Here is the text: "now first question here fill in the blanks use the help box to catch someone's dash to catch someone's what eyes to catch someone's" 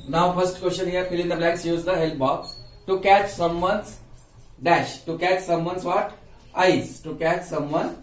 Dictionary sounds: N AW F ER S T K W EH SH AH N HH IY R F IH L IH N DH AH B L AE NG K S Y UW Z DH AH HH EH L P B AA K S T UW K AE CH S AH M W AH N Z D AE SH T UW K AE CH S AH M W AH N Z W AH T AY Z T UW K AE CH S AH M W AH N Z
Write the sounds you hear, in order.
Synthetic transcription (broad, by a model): N AW F ER S T K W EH S AH N HH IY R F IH L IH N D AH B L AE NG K S Y UW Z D AH HH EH L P B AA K S T UW K AE CH S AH M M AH N S D AE SH T UW K AE CH S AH M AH N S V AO T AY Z T UW K AE CH S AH M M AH N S